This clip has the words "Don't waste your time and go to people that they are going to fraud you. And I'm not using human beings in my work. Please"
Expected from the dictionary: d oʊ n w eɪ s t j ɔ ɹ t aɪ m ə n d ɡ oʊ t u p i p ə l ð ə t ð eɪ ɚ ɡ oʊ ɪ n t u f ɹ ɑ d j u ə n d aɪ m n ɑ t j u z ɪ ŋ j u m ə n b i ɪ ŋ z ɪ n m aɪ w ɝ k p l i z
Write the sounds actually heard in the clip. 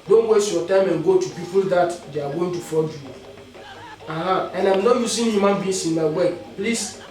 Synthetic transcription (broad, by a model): d oʊ n w eɪ s t j ɔ t aɪ m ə n ɡ oʊ t u p i p ə l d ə t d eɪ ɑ ɡ oʊ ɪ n t u f ɑ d j u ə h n aɪ m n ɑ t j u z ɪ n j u m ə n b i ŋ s ɪ n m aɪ w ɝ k p l i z